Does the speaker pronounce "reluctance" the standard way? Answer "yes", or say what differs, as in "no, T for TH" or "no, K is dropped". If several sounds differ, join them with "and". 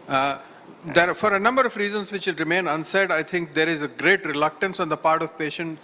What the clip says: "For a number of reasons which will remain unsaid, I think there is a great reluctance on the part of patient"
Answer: yes